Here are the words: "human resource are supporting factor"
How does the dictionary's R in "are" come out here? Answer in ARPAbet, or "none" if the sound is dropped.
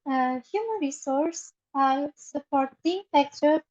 L